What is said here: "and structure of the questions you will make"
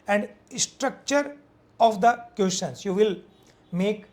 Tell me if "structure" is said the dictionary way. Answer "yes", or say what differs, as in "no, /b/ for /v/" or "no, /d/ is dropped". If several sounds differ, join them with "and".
yes